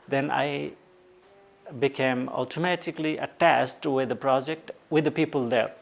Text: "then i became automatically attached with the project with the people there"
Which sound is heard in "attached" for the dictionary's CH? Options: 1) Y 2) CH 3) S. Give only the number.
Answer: 3